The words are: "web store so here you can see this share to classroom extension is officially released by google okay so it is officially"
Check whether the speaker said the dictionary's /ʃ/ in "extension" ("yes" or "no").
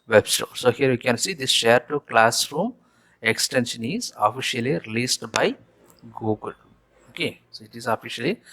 yes